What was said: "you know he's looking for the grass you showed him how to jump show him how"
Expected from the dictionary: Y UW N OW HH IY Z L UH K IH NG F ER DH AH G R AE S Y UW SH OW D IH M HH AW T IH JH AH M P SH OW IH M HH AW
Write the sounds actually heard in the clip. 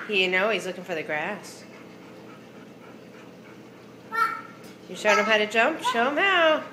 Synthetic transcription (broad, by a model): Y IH N OW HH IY Z L UH K IH NG F ER DH AH G R AE S Y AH SH OW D IH M HH AW T IH JH AH M P SH OW IH M HH AW